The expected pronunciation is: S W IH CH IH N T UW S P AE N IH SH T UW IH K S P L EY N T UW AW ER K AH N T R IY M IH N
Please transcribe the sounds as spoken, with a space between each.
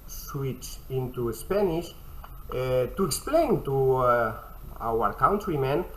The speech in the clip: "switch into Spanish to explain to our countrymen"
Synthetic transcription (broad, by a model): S W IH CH IH N T UW S P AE N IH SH T UW IH K S P L EY N T UW AW ER K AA N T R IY M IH N